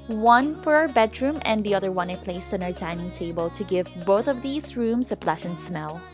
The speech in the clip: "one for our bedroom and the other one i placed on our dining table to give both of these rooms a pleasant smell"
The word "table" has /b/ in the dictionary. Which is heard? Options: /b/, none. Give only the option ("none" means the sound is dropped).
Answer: /b/